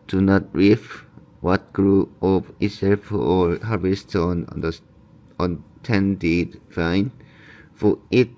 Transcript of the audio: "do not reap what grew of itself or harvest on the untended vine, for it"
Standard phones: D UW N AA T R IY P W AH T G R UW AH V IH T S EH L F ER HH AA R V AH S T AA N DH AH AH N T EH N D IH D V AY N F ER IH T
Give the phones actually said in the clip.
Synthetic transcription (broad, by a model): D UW N AA T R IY F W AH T G R UW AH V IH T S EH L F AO HH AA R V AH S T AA N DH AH AH N T EH N D IH D F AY N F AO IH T